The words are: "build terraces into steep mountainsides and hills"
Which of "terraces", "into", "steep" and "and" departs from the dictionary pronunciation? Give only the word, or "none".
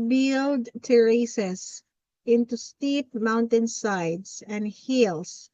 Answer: terraces